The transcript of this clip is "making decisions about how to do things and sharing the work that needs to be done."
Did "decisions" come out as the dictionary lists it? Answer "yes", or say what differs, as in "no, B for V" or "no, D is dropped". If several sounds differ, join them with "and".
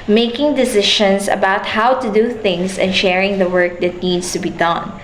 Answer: no, SH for ZH and S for Z